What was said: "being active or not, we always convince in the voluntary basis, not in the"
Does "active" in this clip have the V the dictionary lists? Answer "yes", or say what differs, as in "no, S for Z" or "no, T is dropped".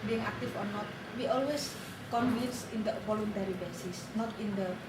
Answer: no, F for V